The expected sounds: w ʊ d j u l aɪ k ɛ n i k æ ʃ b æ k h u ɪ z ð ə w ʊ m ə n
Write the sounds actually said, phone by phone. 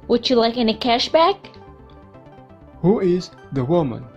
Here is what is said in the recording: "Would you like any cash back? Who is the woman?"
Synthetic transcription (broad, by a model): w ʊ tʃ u l aɪ k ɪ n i k æ ʃ b æ k h u ɪ z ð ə w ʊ m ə n